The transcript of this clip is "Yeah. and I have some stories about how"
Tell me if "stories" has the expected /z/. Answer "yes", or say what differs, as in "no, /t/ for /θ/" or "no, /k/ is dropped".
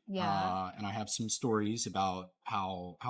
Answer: yes